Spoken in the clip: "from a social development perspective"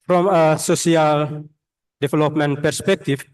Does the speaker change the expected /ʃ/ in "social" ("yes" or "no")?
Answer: yes